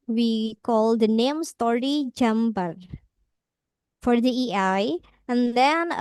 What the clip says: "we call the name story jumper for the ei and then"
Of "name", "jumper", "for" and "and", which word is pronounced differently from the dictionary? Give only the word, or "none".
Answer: jumper